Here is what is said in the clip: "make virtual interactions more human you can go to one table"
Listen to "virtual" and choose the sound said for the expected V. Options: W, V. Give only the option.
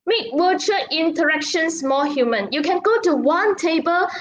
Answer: W